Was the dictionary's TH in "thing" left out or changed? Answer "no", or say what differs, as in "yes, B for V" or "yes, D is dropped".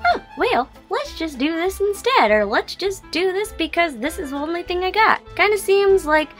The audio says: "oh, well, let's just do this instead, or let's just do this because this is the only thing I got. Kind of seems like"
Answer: no